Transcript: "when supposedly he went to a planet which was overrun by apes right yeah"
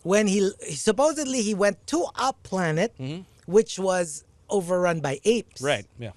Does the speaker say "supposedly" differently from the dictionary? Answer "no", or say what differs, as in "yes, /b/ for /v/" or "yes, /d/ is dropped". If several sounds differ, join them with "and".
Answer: no